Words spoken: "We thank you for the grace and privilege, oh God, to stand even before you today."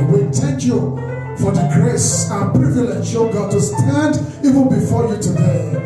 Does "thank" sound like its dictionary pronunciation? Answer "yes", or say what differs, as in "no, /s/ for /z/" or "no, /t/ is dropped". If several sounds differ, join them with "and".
no, /t/ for /θ/